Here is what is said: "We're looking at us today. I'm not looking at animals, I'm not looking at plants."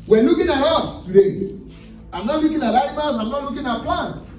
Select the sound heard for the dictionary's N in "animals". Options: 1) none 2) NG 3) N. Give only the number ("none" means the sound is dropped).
1